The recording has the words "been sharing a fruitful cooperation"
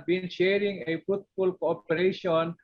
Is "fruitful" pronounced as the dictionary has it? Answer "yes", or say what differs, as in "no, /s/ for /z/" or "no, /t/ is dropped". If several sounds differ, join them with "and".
no, /ɹ/ is dropped